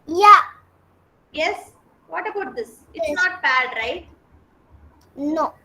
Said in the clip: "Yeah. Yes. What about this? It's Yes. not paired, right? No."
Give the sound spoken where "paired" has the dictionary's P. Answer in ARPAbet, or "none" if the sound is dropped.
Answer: B